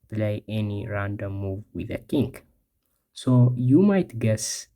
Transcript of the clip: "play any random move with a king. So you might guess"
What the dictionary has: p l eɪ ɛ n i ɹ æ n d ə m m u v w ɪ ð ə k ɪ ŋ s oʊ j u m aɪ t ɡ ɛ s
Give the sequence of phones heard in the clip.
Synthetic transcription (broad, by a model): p l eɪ ɛ n i ɹ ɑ n d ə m m u v w ɪ ð ə k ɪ ŋ s oʊ j u m aɪ t ɡ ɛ s